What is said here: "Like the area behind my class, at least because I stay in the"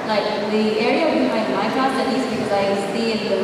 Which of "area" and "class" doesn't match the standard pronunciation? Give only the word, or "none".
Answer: class